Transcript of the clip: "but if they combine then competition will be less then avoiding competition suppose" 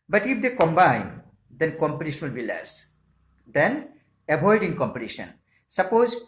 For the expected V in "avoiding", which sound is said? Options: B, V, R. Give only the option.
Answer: B